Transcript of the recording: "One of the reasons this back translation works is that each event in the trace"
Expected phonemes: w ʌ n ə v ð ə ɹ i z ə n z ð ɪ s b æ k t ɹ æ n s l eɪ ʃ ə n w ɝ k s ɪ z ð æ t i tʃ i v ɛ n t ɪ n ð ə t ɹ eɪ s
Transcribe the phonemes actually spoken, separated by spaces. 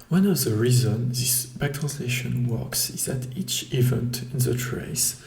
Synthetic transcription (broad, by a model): w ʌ n ə v ð ə ɹ i z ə n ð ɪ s b æ k t ɹ æ n s l eɪ ʃ ə n w ɝ k s ɪ z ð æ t i tʃ i v ɛ n t ɪ n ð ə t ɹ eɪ s